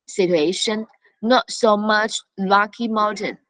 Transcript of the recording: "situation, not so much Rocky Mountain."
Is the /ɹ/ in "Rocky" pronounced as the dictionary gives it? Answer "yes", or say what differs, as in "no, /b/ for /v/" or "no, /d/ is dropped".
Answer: no, /l/ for /ɹ/